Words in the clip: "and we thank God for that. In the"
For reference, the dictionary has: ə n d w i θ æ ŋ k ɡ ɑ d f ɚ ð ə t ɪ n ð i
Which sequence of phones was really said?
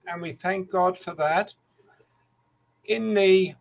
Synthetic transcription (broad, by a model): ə n w i θ æ ŋ k ɡ ɑ d f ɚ ð ə t ɪ n ð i